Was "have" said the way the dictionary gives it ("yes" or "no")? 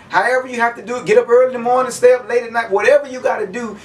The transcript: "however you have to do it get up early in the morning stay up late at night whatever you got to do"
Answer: no